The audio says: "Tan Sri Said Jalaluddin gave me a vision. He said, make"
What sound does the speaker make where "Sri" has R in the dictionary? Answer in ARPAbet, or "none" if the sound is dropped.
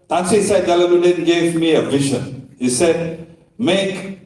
none